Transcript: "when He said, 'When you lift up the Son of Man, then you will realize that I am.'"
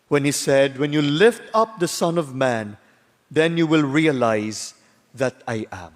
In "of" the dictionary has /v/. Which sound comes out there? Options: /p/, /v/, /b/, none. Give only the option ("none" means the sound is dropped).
/v/